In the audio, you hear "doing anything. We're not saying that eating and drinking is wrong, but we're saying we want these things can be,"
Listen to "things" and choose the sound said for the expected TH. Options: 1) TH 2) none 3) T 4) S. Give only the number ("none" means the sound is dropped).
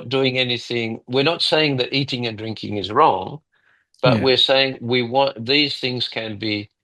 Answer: 1